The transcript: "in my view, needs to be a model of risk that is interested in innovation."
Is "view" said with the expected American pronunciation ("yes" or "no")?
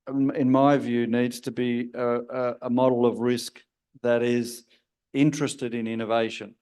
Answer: yes